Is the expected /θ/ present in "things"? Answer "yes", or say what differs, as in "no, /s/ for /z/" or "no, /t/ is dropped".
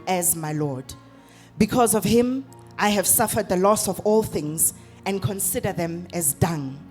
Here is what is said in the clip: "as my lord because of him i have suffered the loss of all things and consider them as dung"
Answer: yes